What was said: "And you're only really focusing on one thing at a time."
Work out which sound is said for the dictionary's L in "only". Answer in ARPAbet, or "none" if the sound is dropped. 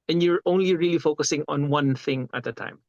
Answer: L